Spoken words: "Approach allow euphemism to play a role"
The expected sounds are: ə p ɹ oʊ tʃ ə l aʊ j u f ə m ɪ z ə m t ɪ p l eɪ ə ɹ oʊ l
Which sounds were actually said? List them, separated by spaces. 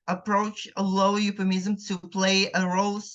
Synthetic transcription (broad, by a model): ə p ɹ oʊ tʃ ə l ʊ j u p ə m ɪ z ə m t ɪ p l eɪ ə ɹ oʊ l